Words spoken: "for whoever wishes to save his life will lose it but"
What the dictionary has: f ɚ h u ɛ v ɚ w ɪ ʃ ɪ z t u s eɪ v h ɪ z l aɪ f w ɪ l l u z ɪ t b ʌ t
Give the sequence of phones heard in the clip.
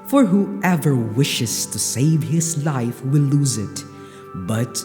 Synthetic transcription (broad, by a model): f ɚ h u ɛ v ɚ w ɪ ʃ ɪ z t u s eɪ v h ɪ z l aɪ f w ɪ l l u z ɪ t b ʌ t